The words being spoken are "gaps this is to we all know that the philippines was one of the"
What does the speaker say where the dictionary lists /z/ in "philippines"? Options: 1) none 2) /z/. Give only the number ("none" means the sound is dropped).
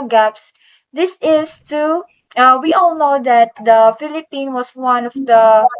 1